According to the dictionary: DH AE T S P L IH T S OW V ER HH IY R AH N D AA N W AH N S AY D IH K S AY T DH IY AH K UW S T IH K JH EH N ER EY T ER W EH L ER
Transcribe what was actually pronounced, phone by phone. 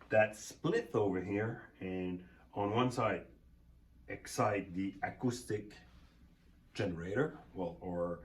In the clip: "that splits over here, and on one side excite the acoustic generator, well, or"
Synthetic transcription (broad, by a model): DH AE T S P L IH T TH OW V ER HH IY R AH N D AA N W AH N S AY D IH K S AY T DH IY AH K UW S T IH K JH EH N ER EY T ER W EH L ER